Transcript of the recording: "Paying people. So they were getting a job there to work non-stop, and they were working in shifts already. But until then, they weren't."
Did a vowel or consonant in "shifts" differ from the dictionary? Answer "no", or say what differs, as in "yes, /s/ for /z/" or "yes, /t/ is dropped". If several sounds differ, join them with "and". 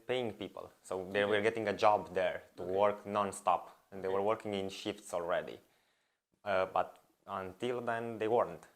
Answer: no